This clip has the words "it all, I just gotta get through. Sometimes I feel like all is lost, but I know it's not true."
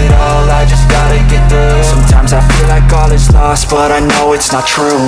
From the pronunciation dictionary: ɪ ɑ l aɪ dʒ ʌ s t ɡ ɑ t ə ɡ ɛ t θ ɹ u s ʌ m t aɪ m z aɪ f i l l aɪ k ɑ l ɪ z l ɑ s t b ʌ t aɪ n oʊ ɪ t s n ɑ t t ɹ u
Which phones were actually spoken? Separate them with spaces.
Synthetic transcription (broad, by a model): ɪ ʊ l aɪ dʒ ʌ s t ɡ ɑ t ə ɡ ɛ t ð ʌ s ʌ m t aɪ m z aɪ f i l l aɪ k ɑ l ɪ s l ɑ s t b ʌ t aɪ n oʊ ɪ t s n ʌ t t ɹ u